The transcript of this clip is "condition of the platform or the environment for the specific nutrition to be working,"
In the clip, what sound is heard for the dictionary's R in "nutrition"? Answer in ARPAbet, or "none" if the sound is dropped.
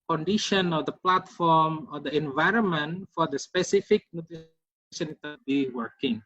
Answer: none